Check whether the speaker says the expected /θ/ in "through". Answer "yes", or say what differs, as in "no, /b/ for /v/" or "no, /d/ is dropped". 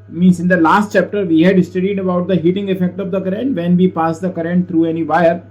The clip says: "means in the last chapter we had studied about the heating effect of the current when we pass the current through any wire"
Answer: no, /t/ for /θ/